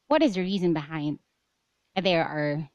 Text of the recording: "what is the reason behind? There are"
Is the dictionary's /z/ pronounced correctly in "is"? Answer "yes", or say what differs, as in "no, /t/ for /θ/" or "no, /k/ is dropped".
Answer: yes